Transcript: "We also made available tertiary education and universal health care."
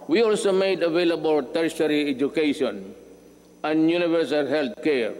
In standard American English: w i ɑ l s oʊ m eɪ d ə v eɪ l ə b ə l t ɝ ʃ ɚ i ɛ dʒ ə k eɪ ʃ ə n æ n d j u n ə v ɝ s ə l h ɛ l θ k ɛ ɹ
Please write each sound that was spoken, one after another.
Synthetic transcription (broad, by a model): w i ɑ l s oʊ m eɪ d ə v eɪ l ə b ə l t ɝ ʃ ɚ i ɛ dʒ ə k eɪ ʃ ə n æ n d j u n ə v ɝ s ə l h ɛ l t k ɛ ɹ